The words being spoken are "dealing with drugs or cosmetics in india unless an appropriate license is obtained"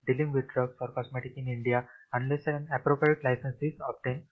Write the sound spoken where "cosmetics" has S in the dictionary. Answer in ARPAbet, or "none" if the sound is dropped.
none